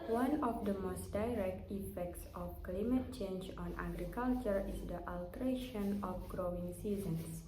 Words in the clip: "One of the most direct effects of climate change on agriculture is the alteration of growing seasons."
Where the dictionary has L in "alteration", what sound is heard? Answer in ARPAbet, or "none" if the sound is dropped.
L